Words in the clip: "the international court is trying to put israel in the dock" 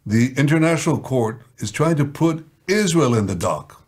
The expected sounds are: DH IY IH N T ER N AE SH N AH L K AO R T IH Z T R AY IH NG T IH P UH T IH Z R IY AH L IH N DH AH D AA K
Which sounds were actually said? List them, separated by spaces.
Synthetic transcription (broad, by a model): DH IY IH N T ER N AE SH N L K AO R T IH Z T R AY IH NG T IH P UH T IH Z R IY AH L IH N DH AH D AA K